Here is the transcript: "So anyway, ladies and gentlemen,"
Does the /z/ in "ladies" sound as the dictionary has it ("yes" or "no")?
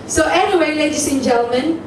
no